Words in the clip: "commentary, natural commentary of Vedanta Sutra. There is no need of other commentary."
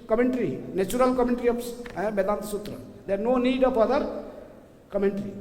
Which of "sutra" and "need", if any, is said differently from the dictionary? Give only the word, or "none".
none